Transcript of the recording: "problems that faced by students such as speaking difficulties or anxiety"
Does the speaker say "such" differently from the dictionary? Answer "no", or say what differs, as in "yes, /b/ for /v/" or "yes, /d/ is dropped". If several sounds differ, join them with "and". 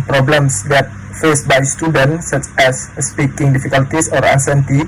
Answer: no